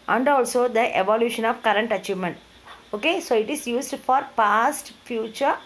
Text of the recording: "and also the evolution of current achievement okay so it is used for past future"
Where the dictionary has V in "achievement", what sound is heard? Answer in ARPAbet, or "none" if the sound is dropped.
V